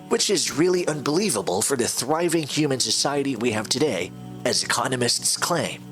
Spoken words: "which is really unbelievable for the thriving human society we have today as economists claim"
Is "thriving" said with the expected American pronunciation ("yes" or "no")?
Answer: yes